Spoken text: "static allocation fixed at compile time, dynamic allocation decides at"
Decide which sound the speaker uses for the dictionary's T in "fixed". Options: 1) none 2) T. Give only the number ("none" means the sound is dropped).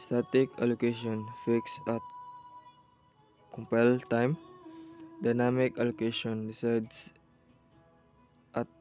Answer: 1